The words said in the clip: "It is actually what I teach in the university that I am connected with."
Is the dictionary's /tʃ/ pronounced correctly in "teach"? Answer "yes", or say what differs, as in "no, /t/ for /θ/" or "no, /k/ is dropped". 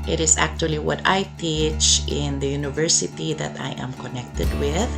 yes